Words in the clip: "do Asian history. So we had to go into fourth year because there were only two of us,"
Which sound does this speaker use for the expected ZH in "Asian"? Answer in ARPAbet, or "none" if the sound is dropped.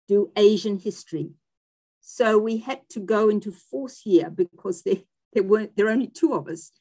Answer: ZH